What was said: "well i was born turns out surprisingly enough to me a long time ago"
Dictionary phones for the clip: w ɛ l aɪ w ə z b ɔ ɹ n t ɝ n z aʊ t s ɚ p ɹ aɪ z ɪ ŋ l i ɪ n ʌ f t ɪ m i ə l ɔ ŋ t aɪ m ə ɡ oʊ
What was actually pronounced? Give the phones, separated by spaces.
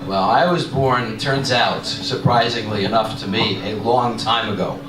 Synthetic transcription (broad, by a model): w ɛ l aɪ w ə z b ɔ ɹ n t ɝ n z aʊ t s ɚ p ɹ aɪ z ɪ ŋ l i ɪ n ʌ f t ɪ m i ə l ɔ ŋ t aɪ m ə ɡ oʊ